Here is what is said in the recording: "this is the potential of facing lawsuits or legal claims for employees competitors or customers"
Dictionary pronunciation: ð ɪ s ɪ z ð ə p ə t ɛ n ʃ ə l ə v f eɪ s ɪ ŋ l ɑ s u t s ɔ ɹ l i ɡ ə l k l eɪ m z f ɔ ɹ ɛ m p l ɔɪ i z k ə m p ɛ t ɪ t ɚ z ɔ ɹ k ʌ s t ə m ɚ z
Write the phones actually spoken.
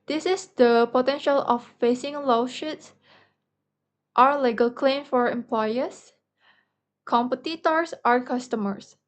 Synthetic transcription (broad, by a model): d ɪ s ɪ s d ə p ə t ɛ n ʃ ə l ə f f eɪ s ɪ ŋ l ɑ ʃ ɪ t s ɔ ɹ l i ɡ ə l k l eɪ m f ɔ ɹ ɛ m p l ɔɪ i s k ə m p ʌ t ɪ t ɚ s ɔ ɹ k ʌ s t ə m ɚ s